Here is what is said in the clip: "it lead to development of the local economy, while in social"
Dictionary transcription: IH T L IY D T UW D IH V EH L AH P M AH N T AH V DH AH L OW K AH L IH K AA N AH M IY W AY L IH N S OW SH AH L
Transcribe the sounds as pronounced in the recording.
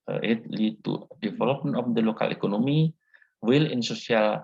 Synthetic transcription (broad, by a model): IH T L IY T UW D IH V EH L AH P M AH N AH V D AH L OW K AH L IH K AA N AH M IY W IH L IH N S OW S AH L